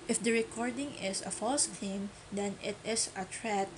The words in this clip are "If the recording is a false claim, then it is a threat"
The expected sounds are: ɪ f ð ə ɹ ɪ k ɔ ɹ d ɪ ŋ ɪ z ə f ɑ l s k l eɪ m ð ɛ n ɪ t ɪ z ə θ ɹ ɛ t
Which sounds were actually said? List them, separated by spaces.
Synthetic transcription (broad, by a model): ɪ f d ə ɹ ɪ k ɔ ɹ d ɪ ŋ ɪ s ə f ɑ l s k eɪ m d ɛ n ɪ t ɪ s ə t ɹ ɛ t